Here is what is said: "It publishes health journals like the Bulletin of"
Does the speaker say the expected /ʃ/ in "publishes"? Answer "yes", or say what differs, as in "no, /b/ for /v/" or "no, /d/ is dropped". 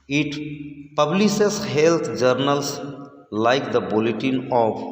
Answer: no, /s/ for /ʃ/